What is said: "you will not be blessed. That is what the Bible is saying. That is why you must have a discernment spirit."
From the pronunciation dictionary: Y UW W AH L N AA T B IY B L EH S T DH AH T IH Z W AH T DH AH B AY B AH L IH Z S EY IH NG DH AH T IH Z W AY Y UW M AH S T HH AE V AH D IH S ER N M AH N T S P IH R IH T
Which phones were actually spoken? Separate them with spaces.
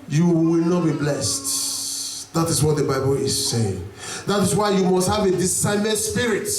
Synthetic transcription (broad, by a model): Y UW W AH L N AA T B IY B L EH S T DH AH T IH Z W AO T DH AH B AY B AH L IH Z S EY IH NG DH AH T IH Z W AY Y UW M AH S T HH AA V AH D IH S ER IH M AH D S P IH R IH T